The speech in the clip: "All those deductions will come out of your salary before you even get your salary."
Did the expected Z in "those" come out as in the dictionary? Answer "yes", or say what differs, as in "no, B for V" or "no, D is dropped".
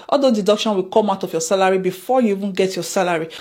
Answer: no, Z is dropped